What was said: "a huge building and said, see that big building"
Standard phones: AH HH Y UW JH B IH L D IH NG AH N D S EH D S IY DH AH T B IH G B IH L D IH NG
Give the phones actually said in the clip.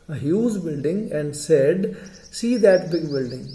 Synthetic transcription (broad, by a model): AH HH Y UW Z B IH L D IH NG AH N D S EH D S IY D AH T B IH G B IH L D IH NG